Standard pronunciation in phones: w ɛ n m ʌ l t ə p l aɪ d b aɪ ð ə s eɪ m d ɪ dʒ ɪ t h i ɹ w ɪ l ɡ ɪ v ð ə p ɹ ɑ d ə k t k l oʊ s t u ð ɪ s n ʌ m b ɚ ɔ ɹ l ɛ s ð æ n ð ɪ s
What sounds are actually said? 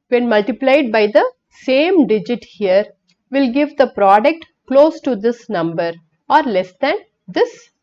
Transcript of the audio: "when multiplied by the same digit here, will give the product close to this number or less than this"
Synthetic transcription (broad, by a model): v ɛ n m ʌ l t ə p l aɪ d b aɪ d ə s eɪ m d ɪ dʒ ɪ t h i ɹ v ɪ l ɡ ɪ v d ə p ɹ ɑ d ə k t k l oʊ s t u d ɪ s n ʌ m b ɚ ɔ ɹ l ɛ s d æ n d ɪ s